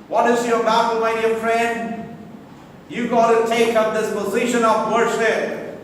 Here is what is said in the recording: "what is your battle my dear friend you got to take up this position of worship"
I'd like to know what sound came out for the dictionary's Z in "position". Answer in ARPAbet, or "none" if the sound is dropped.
Z